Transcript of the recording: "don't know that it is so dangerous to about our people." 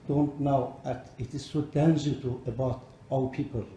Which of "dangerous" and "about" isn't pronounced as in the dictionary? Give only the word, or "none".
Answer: dangerous